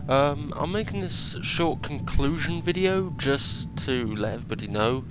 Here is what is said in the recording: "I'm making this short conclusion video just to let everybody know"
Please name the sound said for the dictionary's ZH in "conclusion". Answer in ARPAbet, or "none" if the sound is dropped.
ZH